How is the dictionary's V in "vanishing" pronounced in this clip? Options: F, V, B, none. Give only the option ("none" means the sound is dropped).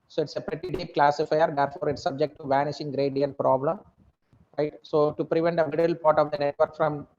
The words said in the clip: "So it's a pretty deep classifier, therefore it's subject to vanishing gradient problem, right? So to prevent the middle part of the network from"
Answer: V